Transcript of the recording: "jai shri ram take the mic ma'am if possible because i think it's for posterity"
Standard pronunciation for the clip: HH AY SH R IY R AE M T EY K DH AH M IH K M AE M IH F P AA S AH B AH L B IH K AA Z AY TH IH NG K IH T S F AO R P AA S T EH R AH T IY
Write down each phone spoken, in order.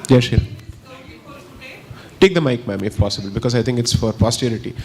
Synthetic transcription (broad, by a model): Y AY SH IY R T EY K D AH M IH K M AE M IH F P AA S AH B AH L B IH K AA Z AY T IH NG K IH T S F AO R P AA S T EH R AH T IY